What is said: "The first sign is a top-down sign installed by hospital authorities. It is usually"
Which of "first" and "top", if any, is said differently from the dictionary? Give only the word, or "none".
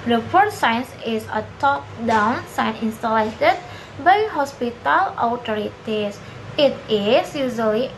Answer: first